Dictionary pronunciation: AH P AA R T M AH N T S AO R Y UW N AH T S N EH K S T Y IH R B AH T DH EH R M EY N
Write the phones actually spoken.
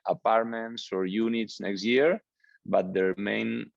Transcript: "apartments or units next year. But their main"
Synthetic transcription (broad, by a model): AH P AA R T M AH N T S AO R Y UW N AH T S N EH K S T Y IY R B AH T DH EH R M EY N